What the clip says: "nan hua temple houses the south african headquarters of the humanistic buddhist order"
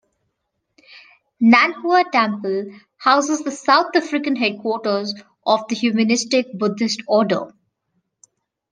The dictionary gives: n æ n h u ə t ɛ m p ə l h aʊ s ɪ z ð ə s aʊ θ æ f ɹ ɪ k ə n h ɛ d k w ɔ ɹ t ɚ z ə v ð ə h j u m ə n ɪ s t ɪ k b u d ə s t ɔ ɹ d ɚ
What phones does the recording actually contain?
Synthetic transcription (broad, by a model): n æ n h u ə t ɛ m p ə l h aʊ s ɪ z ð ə s aʊ t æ f ɹ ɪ k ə n h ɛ d k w ɔ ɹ t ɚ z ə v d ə h j u m ə n ɪ s t ɪ k b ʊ d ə s t ɔ d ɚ